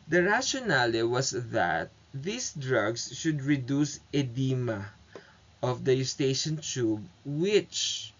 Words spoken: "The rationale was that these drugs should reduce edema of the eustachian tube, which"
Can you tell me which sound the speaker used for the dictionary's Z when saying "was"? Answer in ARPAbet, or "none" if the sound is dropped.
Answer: S